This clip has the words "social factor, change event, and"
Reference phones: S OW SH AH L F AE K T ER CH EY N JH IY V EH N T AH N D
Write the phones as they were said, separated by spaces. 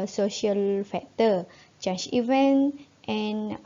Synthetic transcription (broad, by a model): S OW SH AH L F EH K T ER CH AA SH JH IY V EH N T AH N